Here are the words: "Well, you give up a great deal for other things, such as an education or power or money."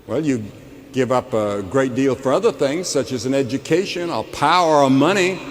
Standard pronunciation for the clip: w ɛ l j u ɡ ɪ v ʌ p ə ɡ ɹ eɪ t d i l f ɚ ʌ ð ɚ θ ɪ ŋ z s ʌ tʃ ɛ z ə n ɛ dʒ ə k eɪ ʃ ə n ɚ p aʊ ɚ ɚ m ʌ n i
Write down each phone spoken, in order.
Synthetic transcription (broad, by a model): w ɛ l j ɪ ɡ ɪ v ʌ p ə ɡ ɹ eɪ t d i l f ɚ ʌ ð ɚ θ ɪ ŋ z s ʌ tʃ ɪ z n ɛ dʒ ə k eɪ ʃ ə n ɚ p aʊ ɚ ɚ m ʌ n i